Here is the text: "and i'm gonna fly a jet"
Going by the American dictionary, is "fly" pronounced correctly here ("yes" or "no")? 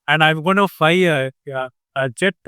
no